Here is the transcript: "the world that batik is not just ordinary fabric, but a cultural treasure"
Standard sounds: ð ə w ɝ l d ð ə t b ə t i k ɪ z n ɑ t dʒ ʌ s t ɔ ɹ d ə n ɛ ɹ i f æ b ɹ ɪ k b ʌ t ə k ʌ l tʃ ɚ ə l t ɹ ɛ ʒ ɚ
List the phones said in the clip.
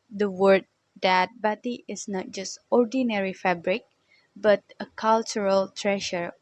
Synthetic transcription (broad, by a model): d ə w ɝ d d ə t b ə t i ɪ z n ɑ t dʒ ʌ s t ɔ ɹ d ə n ɛ ɹ i f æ b ɹ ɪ k b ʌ t ə k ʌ l tʃ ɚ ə l t ɹ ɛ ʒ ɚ